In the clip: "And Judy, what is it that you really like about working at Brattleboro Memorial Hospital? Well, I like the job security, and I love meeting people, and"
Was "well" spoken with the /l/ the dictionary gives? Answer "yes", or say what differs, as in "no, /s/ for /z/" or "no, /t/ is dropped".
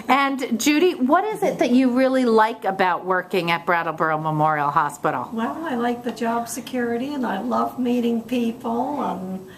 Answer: yes